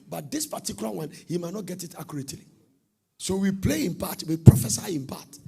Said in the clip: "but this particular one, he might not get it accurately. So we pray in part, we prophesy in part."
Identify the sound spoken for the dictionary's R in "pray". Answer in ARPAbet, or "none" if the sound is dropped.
L